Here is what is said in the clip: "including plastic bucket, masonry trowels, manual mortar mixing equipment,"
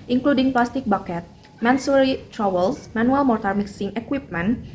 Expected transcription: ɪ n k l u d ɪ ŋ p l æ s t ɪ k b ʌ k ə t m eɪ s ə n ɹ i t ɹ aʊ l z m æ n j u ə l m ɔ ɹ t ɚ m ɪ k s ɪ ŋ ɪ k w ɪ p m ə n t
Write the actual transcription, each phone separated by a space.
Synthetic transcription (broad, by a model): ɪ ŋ k l u d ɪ ŋ p l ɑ s t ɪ k b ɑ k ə t m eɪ s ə ɹ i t ɹ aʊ l s m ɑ n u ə l m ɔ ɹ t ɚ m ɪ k s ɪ ŋ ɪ k w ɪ p m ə n